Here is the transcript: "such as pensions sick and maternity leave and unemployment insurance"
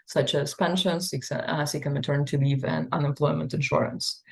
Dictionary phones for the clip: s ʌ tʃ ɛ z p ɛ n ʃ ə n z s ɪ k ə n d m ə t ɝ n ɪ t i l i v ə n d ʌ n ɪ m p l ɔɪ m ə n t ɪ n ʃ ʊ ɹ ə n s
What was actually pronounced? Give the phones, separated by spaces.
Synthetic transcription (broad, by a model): s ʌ tʃ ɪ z p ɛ n ʃ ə n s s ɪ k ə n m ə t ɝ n t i l i v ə n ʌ n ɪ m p l ɔɪ m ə n t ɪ n ʃ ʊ ɹ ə n s